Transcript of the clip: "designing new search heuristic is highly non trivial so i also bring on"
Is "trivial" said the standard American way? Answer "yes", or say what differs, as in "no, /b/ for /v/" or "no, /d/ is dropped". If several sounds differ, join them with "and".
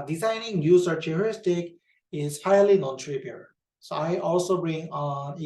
no, /p/ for /v/